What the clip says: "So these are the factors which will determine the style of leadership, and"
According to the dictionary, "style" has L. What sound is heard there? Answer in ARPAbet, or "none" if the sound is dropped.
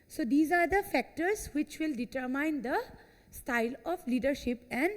L